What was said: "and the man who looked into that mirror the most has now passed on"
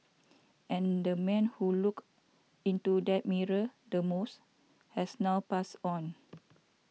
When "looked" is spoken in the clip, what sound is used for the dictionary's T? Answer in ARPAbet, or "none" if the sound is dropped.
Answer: none